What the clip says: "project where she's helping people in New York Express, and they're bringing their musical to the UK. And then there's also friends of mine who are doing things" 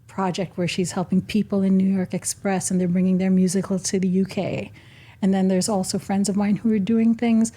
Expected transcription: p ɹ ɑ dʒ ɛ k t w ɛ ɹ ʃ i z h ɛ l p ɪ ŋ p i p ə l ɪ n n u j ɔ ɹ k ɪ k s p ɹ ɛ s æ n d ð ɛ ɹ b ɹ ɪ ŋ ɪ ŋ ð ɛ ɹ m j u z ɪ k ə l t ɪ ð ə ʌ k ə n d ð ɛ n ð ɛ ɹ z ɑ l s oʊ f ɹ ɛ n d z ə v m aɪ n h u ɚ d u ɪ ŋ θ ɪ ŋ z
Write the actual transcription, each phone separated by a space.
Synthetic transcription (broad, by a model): p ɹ ɑ dʒ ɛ k t w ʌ ɹ ʃ i z h ɛ l p ɪ ŋ p i p l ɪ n n u j ɔ ɹ k ɪ k s p ɹ ɛ s n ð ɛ ɹ b ɹ ɪ ŋ ɪ ŋ ð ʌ ɹ m j u z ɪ k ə l t ɪ ð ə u k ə n ð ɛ n ð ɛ ɹ z ɑ l s oʊ f ɹ ɛ n d z ə v m aɪ n h u ɚ d u ɪ ŋ θ ɪ ŋ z